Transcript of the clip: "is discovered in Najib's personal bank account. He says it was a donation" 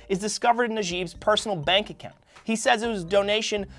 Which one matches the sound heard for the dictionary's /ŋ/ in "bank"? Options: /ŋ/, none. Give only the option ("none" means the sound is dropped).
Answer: /ŋ/